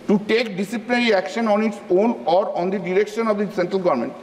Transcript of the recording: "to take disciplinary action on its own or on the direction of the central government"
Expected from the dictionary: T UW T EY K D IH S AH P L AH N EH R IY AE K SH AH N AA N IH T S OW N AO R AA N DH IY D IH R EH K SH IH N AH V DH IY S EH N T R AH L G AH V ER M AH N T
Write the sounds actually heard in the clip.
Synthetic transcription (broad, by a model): T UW T EY K D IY S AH P L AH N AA R IY AE K SH AH N AA N IH T S OW N AO R AA N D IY D IH R EH K SH IH N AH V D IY S EH N T R AH L G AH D M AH N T